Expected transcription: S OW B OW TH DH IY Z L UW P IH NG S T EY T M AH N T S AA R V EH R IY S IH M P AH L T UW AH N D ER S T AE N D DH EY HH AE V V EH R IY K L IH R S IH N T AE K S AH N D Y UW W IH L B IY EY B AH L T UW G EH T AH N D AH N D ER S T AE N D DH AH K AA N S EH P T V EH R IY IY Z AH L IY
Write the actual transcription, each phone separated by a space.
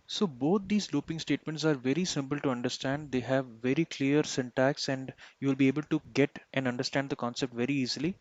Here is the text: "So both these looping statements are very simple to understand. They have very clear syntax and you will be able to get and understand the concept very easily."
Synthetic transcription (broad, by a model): S OW B OW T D IY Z L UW P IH NG S T EY T M AH N T S AA R V EH R IY S IH M P AH L T UW AH N D ER S T AE N D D EY HH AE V V EH R IY K L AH R S IH N T AE K S AH N D Y UW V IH L B IY EY B AH L T UW G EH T AH N D AH N D ER S T AE N D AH K AA N S EH P T V EH R IY IY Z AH L IY